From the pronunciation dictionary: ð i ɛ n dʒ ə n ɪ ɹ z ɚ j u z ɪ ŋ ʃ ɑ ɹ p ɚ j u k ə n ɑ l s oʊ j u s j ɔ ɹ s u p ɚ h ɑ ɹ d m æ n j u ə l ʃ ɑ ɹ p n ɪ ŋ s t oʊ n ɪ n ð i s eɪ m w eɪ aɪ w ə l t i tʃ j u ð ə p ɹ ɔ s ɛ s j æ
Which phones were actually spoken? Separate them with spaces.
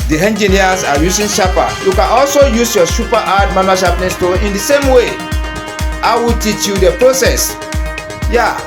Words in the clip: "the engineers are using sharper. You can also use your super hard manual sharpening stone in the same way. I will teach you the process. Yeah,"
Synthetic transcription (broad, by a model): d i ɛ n dʒ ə n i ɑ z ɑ j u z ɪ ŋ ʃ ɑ p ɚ j u k ə n ɑ l s oʊ j u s j ɔ s u p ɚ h ɑ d m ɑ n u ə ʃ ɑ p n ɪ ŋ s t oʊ ɪ n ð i s eɪ m w eɪ aɪ w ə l t i tʃ j u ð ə p ɹ ɔ s ɛ s j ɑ